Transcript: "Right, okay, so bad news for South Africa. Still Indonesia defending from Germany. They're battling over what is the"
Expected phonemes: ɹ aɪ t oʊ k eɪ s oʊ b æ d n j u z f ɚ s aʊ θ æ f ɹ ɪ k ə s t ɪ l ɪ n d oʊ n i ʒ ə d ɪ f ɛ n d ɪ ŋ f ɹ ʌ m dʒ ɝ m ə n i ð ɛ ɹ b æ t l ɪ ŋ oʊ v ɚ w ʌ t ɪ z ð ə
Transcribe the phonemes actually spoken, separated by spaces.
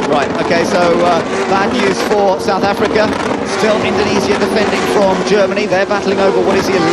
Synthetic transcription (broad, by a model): ɹ aɪ t oʊ k eɪ s oʊ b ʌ n j u z f ɚ s aʊ θ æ f ɹ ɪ k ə s t ɪ l ɪ n d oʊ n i z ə d ɪ f ɛ n d ɪ ŋ f ɹ ʌ m dʒ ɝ m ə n i ð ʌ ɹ b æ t l ɪ ŋ oʊ v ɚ w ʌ t ɪ z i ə